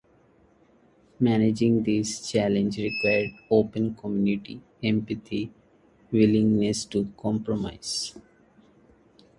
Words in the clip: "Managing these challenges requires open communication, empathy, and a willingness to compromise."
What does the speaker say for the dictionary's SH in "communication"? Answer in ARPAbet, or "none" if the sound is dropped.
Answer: none